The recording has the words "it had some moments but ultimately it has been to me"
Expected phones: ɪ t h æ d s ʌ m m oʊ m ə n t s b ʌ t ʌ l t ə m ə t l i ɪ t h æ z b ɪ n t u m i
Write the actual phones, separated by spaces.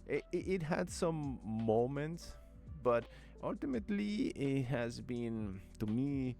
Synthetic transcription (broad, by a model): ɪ t h æ d s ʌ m m oʊ m ə n t s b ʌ t ʌ l t ə m ə t l i ɪ t h æ z b ɪ n t u m i